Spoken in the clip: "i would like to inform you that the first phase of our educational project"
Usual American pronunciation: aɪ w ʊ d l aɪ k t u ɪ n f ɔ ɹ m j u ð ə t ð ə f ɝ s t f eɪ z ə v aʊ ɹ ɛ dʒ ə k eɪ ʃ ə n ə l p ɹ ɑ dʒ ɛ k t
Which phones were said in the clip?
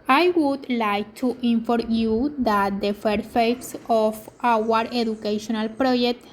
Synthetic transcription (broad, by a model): aɪ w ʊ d l aɪ k t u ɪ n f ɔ ɹ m j u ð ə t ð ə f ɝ t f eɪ s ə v aʊ ɹ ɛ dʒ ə k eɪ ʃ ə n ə l p ɹ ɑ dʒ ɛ k t